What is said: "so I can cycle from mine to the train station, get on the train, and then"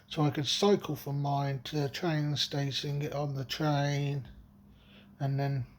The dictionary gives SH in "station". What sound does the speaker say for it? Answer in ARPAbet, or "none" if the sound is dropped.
S